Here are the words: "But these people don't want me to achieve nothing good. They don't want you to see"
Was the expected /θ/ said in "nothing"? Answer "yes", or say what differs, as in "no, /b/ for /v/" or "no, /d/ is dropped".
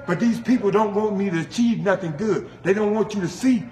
yes